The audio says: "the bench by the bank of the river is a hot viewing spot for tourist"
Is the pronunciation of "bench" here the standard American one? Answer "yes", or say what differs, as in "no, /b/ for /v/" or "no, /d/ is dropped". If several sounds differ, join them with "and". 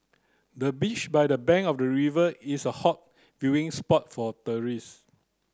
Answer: no, /n/ is dropped